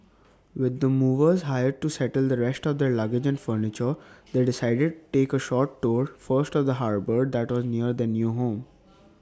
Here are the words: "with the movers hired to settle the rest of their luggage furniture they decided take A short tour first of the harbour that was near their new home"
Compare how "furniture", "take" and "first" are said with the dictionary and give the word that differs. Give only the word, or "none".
none